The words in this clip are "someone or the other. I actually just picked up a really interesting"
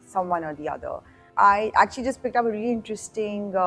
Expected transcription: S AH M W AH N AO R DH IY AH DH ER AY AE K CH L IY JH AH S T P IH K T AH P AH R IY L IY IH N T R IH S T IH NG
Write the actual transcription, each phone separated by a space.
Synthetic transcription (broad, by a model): S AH M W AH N AO R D IY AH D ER AY AE K CH L IY JH AH S T P IH K T AH P AH R IY L IY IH N T R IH S T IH NG